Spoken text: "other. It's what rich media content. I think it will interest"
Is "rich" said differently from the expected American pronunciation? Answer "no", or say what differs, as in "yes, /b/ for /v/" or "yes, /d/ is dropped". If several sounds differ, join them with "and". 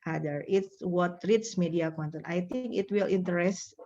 yes, /s/ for /tʃ/